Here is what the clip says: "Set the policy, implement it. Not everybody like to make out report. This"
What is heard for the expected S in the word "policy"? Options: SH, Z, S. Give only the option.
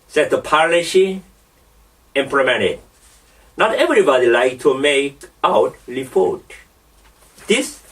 SH